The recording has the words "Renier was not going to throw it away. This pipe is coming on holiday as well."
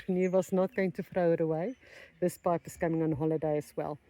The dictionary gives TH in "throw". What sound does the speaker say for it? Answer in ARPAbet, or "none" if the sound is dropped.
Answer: F